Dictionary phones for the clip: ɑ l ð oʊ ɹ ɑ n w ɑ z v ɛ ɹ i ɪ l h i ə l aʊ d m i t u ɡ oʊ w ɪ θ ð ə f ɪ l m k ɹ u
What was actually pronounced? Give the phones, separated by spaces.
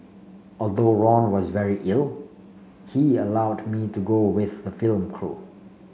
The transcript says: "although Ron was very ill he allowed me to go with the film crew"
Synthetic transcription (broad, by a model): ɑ l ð oʊ ɹ ɑ n w ɑ z v ɛ ɹ i ɪ l h i ə l aʊ d m i t u ɡ oʊ w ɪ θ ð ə f ɪ l m k ɹ u